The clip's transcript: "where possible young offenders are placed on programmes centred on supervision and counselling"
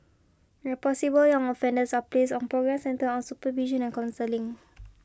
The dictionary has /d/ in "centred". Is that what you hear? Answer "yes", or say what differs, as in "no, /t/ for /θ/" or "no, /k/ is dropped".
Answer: no, /d/ is dropped